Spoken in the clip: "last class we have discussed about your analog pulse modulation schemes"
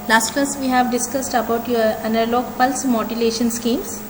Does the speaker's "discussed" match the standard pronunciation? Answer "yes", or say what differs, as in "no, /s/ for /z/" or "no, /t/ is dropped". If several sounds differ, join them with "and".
yes